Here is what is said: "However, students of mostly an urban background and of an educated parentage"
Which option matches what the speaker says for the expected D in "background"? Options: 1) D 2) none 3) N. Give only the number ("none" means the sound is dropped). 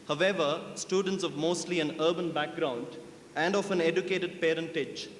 1